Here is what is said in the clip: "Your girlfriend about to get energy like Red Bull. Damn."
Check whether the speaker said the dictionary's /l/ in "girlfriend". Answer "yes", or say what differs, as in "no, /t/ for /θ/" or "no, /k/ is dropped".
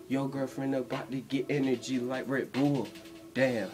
no, /l/ is dropped